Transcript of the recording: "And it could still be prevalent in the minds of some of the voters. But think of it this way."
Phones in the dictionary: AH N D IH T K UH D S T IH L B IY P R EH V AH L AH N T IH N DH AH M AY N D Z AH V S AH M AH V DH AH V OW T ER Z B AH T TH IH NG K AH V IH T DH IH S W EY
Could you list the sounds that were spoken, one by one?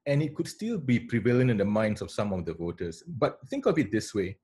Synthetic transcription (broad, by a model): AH N IH T K UH D S T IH L B IY P R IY V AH L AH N IH N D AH M AY N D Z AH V S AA M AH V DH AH V OW T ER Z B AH T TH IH NG K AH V IH T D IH S W EY